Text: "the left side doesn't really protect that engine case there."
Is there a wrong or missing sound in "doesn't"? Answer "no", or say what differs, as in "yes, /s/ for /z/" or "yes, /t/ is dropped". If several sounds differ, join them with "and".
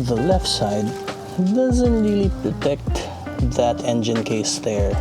no